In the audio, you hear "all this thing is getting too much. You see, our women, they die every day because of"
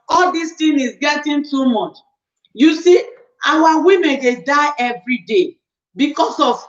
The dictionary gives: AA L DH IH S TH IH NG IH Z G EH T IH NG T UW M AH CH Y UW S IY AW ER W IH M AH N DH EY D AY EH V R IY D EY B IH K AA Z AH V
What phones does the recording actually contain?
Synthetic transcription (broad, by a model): AA L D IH S T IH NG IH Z G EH T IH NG T UW M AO CH Y UW S IY AW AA W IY M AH N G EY D AY EH V R IY D EY B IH K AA S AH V